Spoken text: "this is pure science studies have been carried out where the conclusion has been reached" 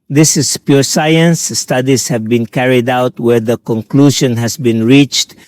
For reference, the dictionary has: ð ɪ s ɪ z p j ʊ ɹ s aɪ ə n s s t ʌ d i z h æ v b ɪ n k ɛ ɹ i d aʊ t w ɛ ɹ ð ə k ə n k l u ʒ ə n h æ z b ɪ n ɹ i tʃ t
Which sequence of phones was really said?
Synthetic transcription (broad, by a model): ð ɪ s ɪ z p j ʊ ɹ s aɪ ə n s s t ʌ d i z h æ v b ɪ n k ɛ ɹ i d aʊ t w ɛ ɹ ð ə k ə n k l u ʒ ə n h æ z b ɪ n ɹ i tʃ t